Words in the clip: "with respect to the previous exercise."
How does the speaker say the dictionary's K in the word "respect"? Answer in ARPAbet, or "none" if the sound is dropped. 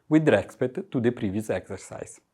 none